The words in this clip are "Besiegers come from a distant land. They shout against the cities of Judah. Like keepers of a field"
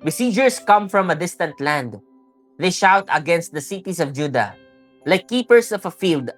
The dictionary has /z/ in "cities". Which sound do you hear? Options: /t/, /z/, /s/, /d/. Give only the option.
/s/